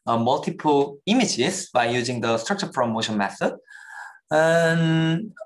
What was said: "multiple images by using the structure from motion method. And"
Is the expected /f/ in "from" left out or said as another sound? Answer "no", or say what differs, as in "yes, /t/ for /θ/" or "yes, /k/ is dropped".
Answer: yes, /p/ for /f/